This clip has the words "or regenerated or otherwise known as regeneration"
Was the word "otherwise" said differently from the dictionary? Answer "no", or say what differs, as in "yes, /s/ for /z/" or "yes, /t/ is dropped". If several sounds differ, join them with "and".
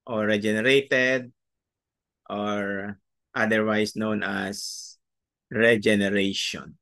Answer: yes, /s/ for /z/